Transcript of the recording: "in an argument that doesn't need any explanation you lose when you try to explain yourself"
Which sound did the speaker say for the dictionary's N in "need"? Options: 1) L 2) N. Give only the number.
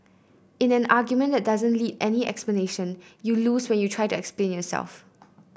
1